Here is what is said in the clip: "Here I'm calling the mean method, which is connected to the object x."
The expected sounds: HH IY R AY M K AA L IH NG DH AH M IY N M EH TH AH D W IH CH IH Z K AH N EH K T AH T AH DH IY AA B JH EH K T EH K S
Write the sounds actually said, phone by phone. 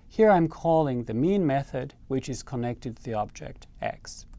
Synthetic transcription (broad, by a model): HH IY R AY M K AA L IH NG DH AH M IY N M EH TH AH D W IH CH IH Z K AH N EH K T AH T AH DH IY AA B JH EH K T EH K S